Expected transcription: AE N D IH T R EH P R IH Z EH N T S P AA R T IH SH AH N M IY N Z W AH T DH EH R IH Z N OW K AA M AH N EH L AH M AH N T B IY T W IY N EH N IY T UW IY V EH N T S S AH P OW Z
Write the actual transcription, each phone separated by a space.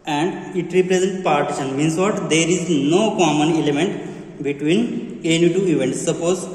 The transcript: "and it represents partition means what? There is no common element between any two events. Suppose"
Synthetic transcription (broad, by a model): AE N D IH T R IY P R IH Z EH N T P AA R T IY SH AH N M IY N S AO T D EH R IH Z N OW K AA M AH N EH L AH M AH N T B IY T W IY N EH N IY T UW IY V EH N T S S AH P OW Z